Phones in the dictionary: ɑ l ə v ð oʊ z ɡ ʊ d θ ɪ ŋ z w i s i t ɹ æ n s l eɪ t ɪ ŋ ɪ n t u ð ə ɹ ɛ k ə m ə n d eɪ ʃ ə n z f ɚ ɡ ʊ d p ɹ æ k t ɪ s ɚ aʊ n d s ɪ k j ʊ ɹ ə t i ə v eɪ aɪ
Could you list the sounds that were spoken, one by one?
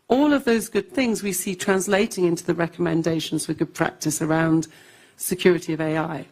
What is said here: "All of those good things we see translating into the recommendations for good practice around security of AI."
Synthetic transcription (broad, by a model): ɑ l ə v ð oʊ z ɡ ʊ d θ ɪ ŋ z w i s i t ɹ æ n s l eɪ t ɪ ŋ ɪ n t u ð ə ɹ ɛ k ə m ə n d eɪ ʃ ə n z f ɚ ɡ ʊ d p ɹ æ k t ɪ s ɚ aʊ n d s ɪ k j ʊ ɹ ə t i ə v eɪ aɪ